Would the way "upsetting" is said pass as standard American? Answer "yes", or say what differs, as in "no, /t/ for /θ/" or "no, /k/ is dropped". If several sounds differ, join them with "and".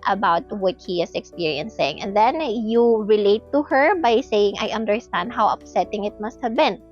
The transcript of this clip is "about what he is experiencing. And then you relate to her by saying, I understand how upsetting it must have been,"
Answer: yes